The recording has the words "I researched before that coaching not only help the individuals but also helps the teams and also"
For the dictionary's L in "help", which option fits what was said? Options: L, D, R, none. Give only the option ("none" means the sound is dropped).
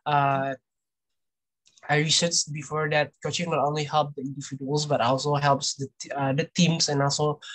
L